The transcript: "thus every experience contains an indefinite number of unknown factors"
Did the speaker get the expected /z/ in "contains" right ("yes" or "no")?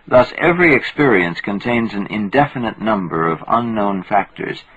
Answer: yes